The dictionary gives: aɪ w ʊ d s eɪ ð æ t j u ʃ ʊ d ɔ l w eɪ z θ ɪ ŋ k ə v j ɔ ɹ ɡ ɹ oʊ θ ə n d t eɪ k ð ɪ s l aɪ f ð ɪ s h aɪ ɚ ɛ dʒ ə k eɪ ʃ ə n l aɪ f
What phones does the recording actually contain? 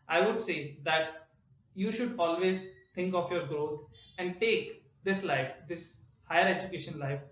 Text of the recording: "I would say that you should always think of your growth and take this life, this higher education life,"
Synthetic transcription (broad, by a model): aɪ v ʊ d s eɪ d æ t j u ʃ ʊ d ɔ l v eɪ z t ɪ ŋ k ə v j ɔ ɹ ɡ ɹ oʊ t ə n d t eɪ k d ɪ s l aɪ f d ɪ s h aɪ ɚ ɛ dʒ ə k eɪ ʃ ə n l aɪ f